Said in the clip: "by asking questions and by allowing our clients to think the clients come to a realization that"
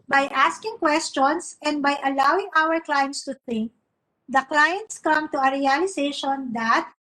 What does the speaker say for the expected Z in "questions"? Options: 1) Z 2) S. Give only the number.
2